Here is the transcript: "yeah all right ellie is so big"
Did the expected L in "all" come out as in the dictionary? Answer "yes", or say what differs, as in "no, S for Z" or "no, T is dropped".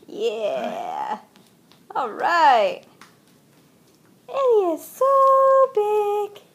yes